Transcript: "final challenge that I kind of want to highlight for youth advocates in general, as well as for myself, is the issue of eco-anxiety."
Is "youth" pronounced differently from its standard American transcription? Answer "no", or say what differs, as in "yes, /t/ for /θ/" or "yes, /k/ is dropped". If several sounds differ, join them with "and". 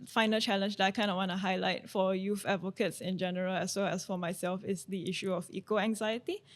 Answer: yes, /f/ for /θ/